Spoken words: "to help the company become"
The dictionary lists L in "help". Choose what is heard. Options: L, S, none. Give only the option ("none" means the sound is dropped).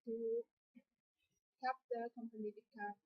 none